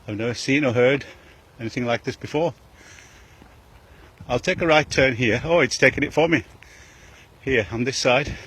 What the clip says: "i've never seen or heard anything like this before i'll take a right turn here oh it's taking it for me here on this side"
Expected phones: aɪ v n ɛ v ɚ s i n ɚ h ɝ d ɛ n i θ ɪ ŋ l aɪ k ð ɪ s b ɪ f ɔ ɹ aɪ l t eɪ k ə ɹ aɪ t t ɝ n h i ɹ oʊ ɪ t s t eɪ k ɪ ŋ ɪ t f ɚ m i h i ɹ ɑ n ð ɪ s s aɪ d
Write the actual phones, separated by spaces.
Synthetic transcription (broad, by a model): aɪ v n ɛ v ɚ s i n ɚ h ɝ d ɛ n i θ ɪ ŋ l aɪ k ð ɪ s b ɪ f ɔ ɹ aɪ l t eɪ k ə ɹ aɪ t t ɝ n h i ɹ oʊ ɪ t s t eɪ k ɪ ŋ ɪ t f ɚ m i h i ɹ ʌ n ð ɪ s s aɪ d